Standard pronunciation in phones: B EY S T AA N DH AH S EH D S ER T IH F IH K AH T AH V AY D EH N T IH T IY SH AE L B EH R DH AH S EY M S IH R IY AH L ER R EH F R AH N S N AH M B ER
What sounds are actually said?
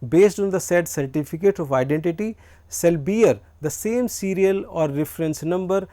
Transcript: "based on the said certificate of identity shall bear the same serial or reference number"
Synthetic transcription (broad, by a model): B EY S T AA N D AH S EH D S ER T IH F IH K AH T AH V AY D EH N T IH T IY S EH L B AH R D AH S EY M S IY R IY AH L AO R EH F R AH N S N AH M B ER